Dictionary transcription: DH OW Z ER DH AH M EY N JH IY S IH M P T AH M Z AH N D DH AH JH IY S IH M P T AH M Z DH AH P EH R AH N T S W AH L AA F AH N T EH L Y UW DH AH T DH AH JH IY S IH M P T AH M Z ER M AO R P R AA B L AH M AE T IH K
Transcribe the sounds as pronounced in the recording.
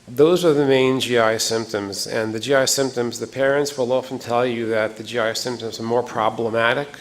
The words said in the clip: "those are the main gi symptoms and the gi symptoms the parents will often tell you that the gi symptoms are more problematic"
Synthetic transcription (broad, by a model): DH OW Z ER DH AH M EY N JH IY S IH M P T AH M Z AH N DH AH JH IY S IH M P T AH M Z DH AH P EH R AH N T S W AH L AA F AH N T EH L Y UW DH AH T DH AH JH IY S IH M P T AH M Z ER M AO R P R AA B L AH M AE T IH K